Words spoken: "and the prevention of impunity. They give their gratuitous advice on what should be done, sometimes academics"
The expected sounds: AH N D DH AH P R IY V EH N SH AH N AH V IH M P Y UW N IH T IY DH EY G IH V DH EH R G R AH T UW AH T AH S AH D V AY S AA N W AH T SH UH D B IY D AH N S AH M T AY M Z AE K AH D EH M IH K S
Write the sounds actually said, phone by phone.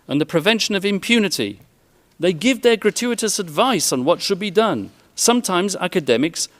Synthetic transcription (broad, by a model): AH N DH AH P R IY V EH N SH AH N AH V IH M P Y UW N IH T IY DH EY G IH V DH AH R G R AH T UW AH T AH S AH D V AY S N W AH T SH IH D B IY D AH N S AH M T AY M Z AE K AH D EH M IH K S